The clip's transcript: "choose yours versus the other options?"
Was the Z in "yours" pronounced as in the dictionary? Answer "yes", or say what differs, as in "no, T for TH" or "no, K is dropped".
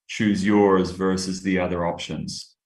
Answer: yes